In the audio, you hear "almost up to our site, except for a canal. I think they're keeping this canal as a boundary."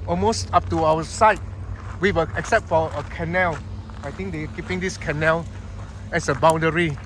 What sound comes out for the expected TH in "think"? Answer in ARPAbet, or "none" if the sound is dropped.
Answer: T